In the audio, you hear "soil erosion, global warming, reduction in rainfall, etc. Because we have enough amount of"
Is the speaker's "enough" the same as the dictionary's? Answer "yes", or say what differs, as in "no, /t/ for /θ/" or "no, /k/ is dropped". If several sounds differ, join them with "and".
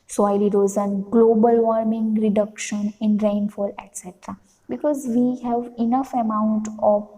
yes